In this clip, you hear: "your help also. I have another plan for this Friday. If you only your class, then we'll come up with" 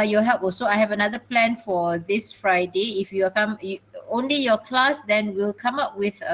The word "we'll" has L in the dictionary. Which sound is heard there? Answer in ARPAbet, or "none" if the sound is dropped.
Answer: L